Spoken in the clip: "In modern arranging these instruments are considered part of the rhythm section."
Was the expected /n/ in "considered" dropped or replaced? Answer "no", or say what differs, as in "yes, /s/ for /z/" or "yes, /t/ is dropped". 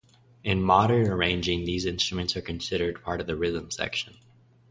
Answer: no